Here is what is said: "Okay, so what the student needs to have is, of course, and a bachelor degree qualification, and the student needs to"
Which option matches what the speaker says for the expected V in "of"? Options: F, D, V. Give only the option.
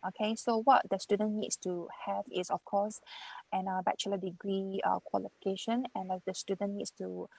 F